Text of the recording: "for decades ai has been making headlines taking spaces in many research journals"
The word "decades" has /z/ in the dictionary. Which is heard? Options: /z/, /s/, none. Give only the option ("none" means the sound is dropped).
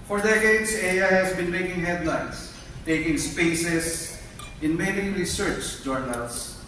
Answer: /s/